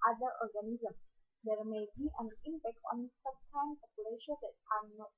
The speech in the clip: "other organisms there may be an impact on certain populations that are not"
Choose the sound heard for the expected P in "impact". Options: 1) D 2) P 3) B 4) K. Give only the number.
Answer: 3